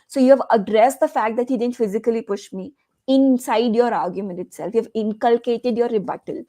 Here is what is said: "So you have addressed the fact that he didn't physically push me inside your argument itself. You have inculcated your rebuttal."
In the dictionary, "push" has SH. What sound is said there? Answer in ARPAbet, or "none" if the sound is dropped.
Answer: SH